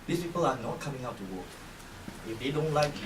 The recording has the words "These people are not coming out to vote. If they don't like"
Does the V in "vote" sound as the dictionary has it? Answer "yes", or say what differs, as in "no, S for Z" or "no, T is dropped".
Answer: no, W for V